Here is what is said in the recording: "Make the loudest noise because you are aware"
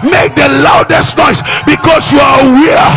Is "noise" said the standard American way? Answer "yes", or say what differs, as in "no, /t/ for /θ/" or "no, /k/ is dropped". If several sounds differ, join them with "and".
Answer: no, /s/ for /z/